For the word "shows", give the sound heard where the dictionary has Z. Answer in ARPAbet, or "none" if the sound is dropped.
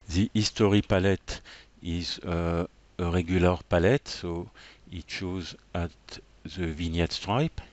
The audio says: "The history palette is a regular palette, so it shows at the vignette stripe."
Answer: Z